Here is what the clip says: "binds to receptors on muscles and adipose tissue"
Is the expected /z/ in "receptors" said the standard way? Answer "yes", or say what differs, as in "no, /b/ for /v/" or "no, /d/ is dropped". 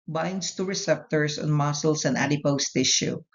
no, /s/ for /z/